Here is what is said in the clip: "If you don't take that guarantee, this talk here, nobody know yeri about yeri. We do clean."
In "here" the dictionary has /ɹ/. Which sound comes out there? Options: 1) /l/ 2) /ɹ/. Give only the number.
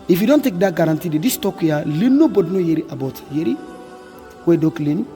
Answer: 1